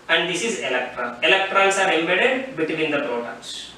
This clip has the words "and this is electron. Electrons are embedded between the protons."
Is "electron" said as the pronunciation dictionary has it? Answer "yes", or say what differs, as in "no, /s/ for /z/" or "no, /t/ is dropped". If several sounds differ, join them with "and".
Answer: no, /n/ is dropped